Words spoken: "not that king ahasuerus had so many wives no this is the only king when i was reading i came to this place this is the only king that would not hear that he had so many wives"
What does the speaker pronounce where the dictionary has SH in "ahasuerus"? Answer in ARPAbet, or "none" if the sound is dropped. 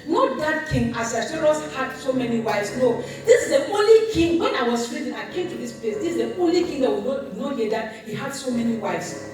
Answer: S